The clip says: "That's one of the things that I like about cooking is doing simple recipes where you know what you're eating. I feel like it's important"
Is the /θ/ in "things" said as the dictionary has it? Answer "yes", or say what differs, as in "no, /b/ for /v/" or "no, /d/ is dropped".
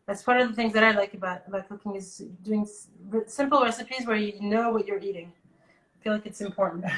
yes